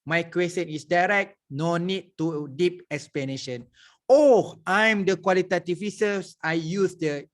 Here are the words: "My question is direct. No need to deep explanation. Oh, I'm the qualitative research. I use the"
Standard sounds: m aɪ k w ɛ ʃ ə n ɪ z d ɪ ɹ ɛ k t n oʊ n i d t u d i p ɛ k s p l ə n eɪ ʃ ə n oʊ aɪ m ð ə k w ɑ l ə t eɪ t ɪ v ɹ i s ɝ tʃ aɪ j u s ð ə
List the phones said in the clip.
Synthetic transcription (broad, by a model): m aɪ k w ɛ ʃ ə n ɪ s d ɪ ɹ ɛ k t n oʊ n i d t u d i p ɛ k s p l ə n eɪ ʃ ə n oʊ aɪ m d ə k w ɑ l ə t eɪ t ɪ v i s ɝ s aɪ j u s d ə